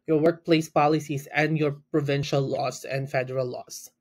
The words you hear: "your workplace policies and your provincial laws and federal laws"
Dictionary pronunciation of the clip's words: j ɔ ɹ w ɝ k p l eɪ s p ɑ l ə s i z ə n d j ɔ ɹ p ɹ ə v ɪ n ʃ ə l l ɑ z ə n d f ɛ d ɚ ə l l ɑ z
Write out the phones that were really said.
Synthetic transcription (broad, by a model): j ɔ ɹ w ɝ k p l eɪ s p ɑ l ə s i s ə n d j ɔ ɹ p ɹ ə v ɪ n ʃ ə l l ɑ s ə n d f ɛ d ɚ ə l l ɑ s